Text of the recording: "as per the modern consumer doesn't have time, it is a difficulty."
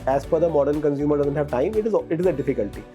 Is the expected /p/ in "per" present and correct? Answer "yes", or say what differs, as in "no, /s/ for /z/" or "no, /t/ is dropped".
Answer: no, /f/ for /p/